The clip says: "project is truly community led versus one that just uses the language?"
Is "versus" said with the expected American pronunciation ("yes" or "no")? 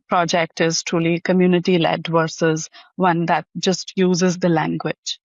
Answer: yes